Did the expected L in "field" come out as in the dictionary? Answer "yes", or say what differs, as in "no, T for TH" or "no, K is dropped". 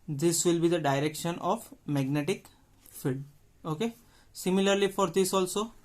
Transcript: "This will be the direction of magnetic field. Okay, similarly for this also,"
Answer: no, L is dropped